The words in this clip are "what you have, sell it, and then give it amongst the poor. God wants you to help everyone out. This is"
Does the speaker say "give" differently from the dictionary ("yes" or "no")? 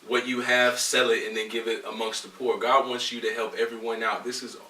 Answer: no